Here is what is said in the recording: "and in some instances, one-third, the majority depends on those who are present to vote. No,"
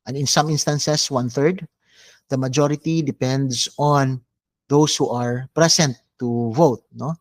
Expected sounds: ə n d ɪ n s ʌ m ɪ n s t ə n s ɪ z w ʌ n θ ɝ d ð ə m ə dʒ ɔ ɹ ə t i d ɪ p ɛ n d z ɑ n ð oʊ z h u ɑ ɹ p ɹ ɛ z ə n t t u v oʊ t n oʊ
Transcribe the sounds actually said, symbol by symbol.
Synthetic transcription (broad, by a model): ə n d ɪ n s ʌ m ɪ n s t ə n s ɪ s w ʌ n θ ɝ d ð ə m ə dʒ ɔ ɹ ə t i d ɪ p ɛ n d s ɑ n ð oʊ s h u ɑ ɹ p ɹ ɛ s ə n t t u v oʊ t n oʊ